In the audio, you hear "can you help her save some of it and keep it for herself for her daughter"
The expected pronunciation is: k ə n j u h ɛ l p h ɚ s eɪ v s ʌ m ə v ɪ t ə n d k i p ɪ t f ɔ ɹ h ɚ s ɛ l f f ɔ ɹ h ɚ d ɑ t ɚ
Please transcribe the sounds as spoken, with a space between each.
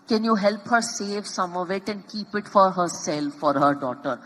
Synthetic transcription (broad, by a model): k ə n j u h ɛ l p h ɚ s eɪ v s ʌ m ə v ɪ t ə n d k i p ɪ t f ɔ ɹ h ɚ s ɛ l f f ɔ ɹ h ɚ d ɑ t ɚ